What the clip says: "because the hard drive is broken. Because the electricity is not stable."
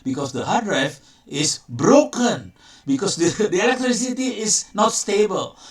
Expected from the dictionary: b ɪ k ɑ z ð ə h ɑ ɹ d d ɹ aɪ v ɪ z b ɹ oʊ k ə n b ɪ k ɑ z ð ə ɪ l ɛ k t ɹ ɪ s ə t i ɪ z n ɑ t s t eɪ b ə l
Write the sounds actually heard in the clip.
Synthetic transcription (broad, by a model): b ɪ k ɑ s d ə h ɑ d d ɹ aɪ f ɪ s b ɹ oʊ k ə n b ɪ k ɑ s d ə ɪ l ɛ k t ɹ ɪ s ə t i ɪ s n ɑ t s t eɪ b ə l